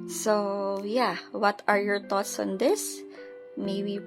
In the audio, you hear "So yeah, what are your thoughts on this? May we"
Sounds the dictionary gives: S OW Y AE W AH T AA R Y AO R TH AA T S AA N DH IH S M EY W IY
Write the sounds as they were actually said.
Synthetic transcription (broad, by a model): S OW Y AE W AH T AA R Y AO R T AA T S AA N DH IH S M EY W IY